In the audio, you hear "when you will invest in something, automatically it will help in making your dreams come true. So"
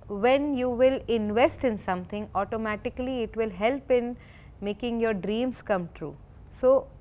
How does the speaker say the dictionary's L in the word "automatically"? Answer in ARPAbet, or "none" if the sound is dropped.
L